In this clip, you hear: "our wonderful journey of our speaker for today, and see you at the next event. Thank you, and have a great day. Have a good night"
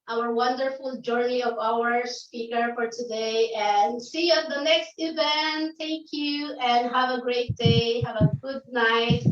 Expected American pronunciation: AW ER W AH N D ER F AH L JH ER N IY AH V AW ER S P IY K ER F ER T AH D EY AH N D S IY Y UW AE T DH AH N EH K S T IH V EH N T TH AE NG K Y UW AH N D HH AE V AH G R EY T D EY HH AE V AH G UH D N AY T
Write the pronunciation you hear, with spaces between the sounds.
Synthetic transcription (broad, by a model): AW ER W AH N D ER F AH L JH ER N IY AH V AW ER S P IY K ER F ER T AH D EY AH N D S IY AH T DH AH N EH K S T IH V EH N T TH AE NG K Y UW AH N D HH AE V AH G R EY T D EY HH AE V AH G UH D N AY T